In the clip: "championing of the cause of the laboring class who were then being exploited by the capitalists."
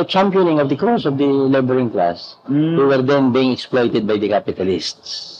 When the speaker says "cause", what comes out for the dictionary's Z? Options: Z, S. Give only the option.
S